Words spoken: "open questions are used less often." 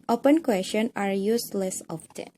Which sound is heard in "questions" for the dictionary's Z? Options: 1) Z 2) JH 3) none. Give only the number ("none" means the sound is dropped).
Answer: 3